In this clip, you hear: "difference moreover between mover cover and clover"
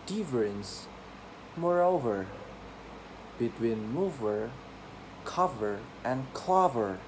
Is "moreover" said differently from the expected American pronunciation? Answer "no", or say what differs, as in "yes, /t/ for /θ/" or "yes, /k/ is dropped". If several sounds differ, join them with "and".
no